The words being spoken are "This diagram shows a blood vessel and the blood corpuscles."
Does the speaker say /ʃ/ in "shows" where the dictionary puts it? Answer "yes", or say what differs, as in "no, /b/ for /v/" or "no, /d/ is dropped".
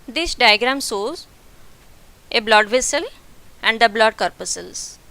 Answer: no, /s/ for /ʃ/